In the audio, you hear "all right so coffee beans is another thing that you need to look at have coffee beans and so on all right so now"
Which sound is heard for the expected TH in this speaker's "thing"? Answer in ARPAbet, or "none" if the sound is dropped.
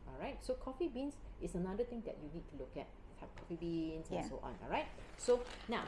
T